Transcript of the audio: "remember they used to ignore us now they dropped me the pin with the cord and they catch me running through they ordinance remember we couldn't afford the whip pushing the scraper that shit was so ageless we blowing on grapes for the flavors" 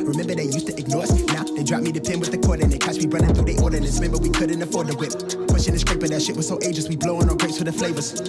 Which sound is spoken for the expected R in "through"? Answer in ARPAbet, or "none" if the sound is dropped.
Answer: none